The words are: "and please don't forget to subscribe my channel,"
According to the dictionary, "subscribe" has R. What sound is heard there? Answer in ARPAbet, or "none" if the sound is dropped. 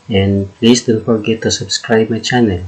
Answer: R